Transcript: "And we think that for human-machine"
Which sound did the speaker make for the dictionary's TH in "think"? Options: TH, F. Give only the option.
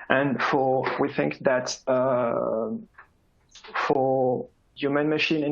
TH